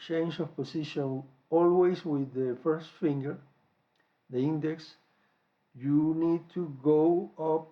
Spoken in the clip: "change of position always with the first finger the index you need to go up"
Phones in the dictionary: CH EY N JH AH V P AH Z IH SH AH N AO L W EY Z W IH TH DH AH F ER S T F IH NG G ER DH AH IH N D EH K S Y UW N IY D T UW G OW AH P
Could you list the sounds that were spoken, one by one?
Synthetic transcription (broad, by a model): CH EY N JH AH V P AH S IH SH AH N AO L W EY S W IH DH AH F ER S T F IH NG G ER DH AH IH N D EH K S Y UW N IY D T UW G OW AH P